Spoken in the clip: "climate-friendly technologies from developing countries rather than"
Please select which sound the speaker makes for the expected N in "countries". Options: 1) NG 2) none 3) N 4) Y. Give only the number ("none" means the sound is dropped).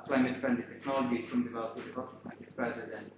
2